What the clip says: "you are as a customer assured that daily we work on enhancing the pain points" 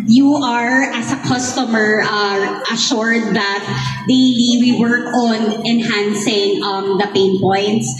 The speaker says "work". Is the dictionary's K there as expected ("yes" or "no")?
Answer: yes